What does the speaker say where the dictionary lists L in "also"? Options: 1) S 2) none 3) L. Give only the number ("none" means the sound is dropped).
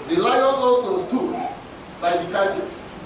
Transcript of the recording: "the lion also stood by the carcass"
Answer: 2